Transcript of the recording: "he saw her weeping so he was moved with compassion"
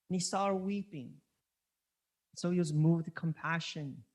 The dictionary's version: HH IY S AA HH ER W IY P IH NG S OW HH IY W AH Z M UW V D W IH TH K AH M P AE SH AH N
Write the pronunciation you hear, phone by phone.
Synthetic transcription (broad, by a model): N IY S AA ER W IY P IH NG S OW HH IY W AH Z M UW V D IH K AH M P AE SH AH N